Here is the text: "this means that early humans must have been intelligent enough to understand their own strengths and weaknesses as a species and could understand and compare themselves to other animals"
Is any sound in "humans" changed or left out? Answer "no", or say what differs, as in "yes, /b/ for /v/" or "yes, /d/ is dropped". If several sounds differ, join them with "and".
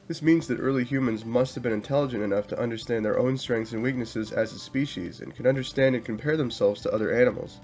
no